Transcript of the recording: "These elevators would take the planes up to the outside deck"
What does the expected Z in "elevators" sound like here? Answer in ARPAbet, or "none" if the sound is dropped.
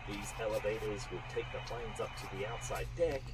Z